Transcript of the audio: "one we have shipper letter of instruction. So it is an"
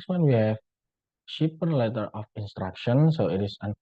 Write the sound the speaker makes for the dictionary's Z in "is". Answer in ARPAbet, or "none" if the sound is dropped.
S